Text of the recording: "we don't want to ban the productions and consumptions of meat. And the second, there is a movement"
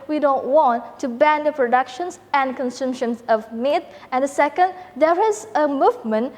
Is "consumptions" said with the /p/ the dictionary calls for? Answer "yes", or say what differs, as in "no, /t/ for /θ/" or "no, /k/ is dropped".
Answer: no, /p/ is dropped